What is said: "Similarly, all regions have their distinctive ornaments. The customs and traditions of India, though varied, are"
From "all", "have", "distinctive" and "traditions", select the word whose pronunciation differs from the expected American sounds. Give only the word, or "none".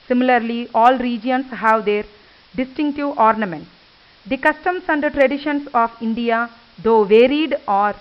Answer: traditions